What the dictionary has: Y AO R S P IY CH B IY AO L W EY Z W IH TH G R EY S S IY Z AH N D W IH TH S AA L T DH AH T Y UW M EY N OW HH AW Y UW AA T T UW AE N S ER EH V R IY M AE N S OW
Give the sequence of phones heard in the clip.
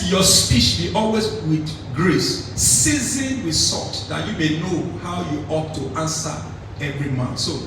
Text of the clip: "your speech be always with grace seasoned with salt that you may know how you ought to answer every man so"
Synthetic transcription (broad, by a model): Y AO S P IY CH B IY AO L W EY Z W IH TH G R EY S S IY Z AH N W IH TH S AA T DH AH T Y UW M EY N OW HH AW Y UW AA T T UW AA N S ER EH V R IY M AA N S OW